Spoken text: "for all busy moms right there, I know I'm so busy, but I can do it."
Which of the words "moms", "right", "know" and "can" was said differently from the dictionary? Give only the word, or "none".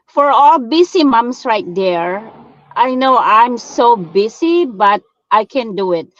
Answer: moms